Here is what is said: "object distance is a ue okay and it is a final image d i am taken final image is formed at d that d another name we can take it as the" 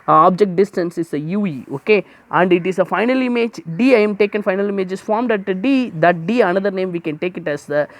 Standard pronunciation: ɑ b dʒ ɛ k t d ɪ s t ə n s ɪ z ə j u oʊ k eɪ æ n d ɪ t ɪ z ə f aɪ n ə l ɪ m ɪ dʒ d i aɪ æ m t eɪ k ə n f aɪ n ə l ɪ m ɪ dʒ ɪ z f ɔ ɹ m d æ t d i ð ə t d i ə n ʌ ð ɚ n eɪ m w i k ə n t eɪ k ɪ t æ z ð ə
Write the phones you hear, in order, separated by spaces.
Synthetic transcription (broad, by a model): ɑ b dʒ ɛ k t d ɪ s t ə n s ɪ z ə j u oʊ k eɪ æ n d ɪ t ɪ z ə f aɪ n ə l ɪ m ɪ dʒ d i aɪ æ m t eɪ k ə n f aɪ n ə l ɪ m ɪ dʒ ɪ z f ɔ ɹ m d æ t d i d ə t d i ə n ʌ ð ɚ n eɪ m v i k ə n t eɪ k ɪ t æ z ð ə